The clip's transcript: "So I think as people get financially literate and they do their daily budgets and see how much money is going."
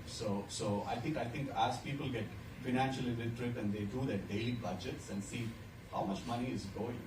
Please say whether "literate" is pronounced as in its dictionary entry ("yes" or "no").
no